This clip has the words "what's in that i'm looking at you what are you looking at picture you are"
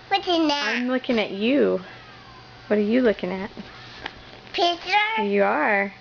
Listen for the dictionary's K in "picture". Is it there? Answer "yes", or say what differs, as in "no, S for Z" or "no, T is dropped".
no, K is dropped